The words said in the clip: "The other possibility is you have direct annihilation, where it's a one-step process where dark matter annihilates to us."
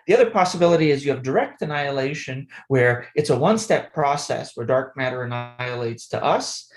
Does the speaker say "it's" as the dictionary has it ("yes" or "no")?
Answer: yes